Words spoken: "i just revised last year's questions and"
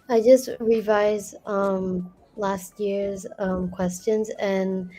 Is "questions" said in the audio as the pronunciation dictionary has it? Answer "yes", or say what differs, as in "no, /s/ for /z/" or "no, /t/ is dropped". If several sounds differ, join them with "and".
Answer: yes